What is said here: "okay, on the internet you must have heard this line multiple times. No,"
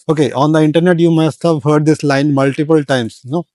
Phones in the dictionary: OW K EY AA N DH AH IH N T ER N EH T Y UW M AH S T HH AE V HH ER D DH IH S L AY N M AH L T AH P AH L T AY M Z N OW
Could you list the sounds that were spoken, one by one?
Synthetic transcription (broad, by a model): OW K EY AA N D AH IH N T ER N EH T Y UW M AH S T HH AE V HH ER D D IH S L AY N M AH L T AH P AH L T AY M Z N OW